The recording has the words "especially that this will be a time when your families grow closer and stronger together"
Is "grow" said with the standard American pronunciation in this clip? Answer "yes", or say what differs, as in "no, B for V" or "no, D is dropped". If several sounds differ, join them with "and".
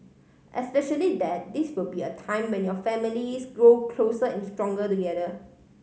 yes